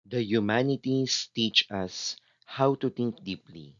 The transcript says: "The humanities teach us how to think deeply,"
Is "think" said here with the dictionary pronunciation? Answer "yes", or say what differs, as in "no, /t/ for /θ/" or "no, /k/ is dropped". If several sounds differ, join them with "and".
no, /t/ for /θ/